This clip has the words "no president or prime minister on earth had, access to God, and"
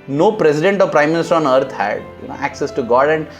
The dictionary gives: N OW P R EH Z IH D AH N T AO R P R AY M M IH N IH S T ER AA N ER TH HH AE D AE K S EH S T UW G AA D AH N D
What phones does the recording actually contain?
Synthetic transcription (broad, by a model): N OW P R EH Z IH D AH N T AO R P R AY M M IH N IH S T ER AA N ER T HH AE D AE K S EH S T UW G AA D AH N D